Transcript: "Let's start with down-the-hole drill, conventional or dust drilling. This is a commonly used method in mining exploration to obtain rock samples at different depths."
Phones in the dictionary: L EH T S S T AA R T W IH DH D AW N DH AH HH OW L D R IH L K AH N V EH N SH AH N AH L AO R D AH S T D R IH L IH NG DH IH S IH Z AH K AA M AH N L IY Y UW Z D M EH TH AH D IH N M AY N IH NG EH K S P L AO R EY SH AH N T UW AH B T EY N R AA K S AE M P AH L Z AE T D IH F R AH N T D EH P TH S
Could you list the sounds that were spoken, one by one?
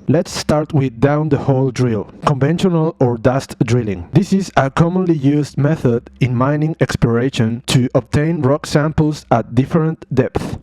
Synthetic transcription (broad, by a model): L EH T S S T AA R T W IH DH D AW N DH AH HH OW L D R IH L K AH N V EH N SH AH N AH L AO R D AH S T D R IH L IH NG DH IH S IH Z AH K AA M AH N L IY Y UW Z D M EH TH AH D IH N M AY N IH NG EH K S P L AO R EY SH AH N T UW AH B T EY N R AA K S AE M P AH L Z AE T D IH F R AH N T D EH P TH